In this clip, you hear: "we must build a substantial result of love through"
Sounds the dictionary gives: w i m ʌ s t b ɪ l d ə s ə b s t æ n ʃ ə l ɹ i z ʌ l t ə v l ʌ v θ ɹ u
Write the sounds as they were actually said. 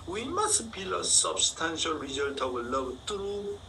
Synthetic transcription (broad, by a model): w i m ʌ s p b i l ə s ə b s t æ n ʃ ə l ɹ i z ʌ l t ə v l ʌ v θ ɹ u